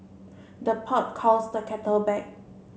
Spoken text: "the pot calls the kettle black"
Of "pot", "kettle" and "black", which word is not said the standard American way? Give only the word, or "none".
black